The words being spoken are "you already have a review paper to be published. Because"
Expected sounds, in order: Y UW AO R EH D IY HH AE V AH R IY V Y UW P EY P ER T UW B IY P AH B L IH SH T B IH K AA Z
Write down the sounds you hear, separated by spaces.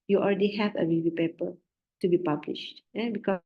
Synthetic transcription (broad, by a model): Y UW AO L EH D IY HH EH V AH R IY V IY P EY P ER T UW B IY P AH B L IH SH T B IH K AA